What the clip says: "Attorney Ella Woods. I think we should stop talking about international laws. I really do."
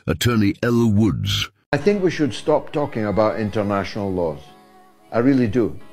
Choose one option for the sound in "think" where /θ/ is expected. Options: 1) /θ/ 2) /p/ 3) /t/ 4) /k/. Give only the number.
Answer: 1